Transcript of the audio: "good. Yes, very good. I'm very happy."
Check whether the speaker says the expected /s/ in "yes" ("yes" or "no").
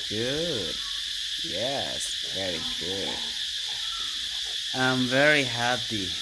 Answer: yes